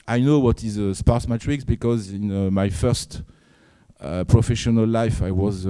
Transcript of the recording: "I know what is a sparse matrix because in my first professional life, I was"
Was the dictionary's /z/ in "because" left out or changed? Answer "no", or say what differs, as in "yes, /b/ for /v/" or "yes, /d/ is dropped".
no